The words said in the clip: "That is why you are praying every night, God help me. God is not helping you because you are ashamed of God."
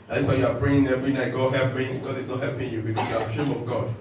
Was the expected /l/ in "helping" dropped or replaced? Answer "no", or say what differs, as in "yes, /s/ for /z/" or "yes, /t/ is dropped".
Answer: yes, /l/ is dropped